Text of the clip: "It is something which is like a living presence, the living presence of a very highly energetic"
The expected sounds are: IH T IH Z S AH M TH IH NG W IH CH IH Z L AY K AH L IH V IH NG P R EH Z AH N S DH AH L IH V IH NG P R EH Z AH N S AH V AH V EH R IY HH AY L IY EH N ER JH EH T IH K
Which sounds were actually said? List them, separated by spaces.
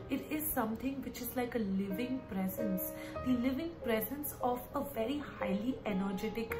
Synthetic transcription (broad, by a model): IH T IH Z S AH M T IH NG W IH CH IH Z L AY K AH L IH V IH NG P R EH Z AH N S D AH L IH V IH NG P R EH Z AH N S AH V AH V EH R IY HH AY L IY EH N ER JH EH T IH K